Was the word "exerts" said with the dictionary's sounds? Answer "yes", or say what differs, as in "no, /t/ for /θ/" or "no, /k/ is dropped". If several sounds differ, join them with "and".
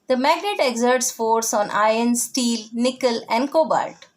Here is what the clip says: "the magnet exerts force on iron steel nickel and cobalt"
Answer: yes